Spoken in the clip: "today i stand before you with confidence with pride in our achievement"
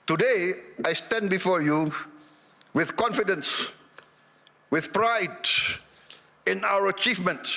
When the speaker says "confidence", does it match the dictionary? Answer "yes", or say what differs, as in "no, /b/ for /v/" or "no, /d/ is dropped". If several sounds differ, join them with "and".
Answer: yes